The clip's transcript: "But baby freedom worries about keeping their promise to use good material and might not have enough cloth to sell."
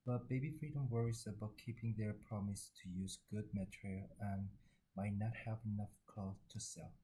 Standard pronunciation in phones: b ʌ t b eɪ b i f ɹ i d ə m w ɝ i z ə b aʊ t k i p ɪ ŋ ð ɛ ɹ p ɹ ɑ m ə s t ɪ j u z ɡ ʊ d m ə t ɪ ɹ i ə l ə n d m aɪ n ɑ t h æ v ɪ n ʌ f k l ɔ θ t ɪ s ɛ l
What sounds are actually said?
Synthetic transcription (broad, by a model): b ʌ t b eɪ b i f ɹ i d ə m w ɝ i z ə b aʊ t k i p ɪ ŋ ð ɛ ɹ p ɹ ɑ m ə s t ɪ j u z ɡ ʊ d m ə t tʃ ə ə n m aɪ n ɑ t h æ v ɪ n ʌ f k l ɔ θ t ɪ s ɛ l